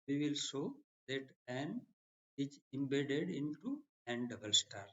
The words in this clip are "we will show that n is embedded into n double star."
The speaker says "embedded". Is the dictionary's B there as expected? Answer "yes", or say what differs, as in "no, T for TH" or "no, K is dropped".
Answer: yes